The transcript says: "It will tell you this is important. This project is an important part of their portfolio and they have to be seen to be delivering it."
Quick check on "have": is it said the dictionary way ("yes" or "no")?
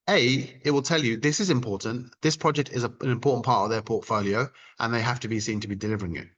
no